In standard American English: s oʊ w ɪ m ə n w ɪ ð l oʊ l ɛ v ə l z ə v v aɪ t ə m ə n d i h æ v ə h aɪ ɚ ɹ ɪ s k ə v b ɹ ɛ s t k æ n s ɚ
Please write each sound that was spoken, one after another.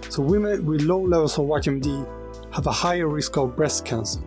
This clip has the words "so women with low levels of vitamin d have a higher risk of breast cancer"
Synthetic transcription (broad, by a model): s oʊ w ɪ m ə n w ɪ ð l oʊ l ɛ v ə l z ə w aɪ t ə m d i h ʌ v ə h aɪ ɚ ɹ ɪ s k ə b ɹ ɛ s k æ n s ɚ